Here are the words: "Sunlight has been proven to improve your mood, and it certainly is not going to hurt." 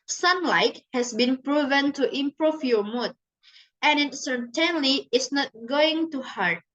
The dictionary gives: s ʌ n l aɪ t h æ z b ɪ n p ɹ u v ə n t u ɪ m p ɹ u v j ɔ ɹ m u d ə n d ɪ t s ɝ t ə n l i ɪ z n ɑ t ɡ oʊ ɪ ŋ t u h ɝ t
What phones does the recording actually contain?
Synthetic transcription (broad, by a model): s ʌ n l aɪ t h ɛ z b ɪ n p ɹ u v ə n t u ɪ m p ɹ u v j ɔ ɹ m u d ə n ɪ t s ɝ t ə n l i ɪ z n ɑ t ɡ oʊ ɪ ŋ t u h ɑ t